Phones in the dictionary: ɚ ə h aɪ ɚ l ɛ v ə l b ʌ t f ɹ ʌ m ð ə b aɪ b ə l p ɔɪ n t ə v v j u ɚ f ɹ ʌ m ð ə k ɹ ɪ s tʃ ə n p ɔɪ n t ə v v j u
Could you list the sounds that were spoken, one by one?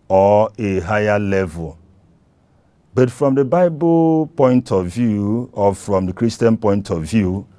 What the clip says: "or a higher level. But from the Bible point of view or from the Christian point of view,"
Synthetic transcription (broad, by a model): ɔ ə h aɪ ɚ l ɛ v ə l b ʌ t f ɹ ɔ m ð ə b aɪ b ə l p ɔɪ n t ə v v j u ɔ f ɹ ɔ m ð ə k ɹ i s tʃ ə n p ɔɪ n t ə v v j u